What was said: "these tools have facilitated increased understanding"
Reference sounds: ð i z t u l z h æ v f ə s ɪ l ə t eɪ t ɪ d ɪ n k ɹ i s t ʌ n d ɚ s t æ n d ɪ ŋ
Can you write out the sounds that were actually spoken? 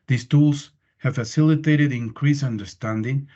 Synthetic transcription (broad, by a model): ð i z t u l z h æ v f ə s ɪ l ə t eɪ t ɪ d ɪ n k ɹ i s ʌ n d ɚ s t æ n d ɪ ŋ